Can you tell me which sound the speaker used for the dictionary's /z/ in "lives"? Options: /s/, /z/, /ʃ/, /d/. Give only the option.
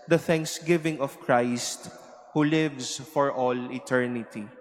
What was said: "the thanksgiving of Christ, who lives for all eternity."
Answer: /s/